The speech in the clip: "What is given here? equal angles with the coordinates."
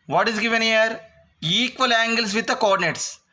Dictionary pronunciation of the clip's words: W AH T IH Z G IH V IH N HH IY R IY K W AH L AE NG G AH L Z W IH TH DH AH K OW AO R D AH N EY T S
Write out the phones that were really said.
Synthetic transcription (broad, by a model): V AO T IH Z G IH V IH N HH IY R IY K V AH L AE NG G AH L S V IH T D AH K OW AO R D N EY T S